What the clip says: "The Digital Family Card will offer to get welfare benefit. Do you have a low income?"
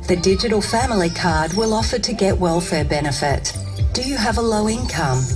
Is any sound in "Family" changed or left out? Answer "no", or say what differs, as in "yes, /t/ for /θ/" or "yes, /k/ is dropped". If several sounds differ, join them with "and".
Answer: no